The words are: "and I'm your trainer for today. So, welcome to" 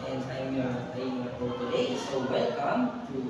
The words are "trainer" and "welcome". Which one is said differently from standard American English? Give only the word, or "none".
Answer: trainer